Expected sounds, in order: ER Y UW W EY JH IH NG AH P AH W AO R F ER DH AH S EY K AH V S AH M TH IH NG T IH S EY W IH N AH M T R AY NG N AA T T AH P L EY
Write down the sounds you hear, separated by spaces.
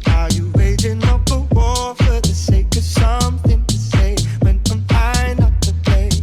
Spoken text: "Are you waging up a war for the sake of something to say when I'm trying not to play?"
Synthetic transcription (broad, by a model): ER Y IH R EY Z IH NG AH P AH W AO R F ER DH AH S EY K AH V S AH M TH IH NG T IH S EY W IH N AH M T AY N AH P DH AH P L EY